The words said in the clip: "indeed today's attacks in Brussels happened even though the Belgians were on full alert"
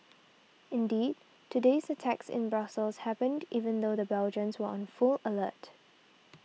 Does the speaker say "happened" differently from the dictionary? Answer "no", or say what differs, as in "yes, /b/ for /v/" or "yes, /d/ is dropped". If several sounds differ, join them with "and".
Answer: no